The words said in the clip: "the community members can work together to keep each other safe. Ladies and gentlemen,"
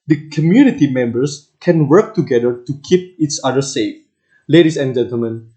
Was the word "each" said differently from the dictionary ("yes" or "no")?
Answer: yes